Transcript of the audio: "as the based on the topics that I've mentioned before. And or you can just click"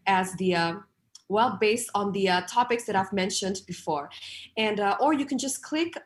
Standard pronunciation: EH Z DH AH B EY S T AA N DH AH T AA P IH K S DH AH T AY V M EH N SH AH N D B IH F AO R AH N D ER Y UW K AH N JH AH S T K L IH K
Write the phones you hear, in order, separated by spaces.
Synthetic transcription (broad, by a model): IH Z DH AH B EY S T N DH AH T AA P IH K S DH AH T AY V M EH N SH AH N D B IH F AO R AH N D ER Y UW K AH N JH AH S K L IH K